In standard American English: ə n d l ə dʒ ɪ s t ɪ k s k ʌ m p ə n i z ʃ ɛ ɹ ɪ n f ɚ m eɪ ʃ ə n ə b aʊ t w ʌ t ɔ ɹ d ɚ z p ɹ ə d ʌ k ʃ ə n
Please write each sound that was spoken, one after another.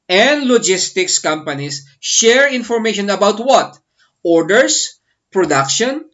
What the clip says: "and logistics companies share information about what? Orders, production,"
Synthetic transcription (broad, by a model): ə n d l ə dʒ ɪ s t ɪ k s k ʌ m p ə n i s ʃ ɛ ɹ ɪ n f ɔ m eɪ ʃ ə n ə b aʊ t w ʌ t ɔ ɹ d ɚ s p ɹ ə d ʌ k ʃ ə n